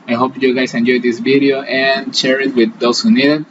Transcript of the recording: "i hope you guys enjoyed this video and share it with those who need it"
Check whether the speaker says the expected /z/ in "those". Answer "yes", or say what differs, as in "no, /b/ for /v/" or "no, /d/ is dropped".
no, /s/ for /z/